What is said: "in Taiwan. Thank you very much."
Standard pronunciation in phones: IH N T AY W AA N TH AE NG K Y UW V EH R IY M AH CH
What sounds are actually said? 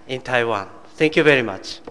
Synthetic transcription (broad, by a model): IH N T AY W AA N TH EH NG K Y UW V EH R IY M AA CH